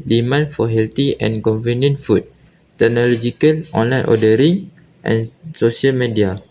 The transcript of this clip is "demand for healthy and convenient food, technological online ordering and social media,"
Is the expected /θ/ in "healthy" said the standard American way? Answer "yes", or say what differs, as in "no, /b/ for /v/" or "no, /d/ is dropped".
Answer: no, /t/ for /θ/